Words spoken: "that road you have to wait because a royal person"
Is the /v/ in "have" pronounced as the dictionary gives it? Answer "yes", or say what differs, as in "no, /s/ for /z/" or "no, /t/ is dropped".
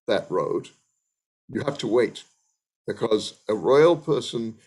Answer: no, /f/ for /v/